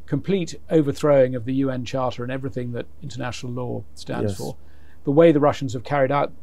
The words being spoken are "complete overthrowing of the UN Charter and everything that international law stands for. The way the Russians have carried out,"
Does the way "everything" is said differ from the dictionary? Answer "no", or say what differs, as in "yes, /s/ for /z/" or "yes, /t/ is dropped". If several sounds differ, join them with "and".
no